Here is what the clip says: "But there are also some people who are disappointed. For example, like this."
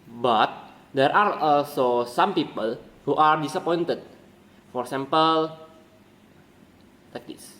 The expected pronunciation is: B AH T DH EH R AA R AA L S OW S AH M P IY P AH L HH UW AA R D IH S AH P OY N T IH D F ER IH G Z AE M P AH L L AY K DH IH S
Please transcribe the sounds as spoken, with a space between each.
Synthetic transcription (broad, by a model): B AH T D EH R AA R AA L S OW S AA M P IY P AH L HH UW AA R D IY S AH P OY N T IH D F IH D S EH M P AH L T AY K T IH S